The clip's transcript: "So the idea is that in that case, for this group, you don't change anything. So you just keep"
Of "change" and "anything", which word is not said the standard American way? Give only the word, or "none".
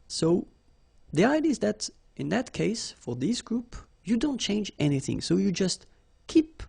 none